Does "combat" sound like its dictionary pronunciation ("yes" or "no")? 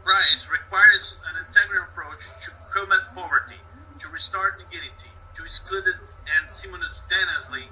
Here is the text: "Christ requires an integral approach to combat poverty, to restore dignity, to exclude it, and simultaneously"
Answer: no